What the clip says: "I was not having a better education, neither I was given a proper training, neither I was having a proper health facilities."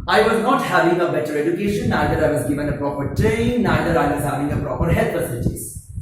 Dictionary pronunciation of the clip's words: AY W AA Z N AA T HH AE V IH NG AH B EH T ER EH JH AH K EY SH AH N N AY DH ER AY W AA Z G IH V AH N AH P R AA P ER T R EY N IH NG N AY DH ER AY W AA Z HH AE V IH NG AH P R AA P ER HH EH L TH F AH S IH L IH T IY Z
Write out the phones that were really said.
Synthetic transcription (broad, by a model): AY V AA Z N AA T HH AE V IH NG AH B EH T ER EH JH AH K EY SH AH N N AY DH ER AY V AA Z G IH V AH N AH P R AA P ER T R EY IH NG N AY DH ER AY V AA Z HH AE V IH NG AH P R AA P ER HH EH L T F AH S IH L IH T IY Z